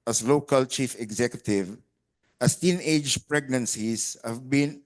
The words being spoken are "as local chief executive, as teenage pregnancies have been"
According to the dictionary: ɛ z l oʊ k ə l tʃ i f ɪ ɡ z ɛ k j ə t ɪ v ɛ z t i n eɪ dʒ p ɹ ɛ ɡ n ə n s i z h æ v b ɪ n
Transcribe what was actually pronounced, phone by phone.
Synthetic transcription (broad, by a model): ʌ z l oʊ k ə l tʃ i f ɪ ɡ z ɛ k j ə t ɪ v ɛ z t i n eɪ dʒ p ɹ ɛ ɡ n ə n s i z h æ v b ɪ n